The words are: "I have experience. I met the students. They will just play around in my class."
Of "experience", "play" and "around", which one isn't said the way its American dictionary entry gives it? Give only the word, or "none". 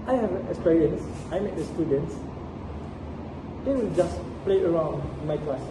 experience